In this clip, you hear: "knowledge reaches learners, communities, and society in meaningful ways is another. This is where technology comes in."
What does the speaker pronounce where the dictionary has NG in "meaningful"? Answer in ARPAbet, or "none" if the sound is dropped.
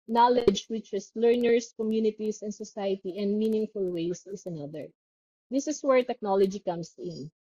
NG